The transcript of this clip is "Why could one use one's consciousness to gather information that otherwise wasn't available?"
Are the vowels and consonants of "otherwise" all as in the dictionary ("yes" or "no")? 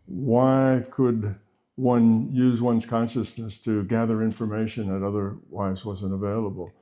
yes